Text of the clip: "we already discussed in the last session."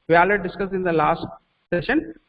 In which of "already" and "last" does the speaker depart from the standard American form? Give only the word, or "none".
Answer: already